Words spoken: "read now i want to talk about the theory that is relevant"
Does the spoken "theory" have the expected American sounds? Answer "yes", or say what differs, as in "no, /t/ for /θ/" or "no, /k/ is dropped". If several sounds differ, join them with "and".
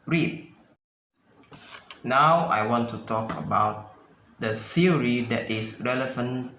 no, /s/ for /θ/